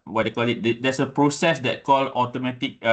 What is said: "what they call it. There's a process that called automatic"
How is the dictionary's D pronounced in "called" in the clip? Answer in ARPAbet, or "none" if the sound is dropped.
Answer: none